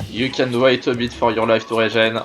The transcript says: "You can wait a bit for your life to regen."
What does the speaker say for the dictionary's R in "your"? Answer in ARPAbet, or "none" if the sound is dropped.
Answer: R